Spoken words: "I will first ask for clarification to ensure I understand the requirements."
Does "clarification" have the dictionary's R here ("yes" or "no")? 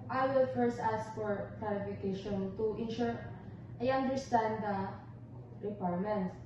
no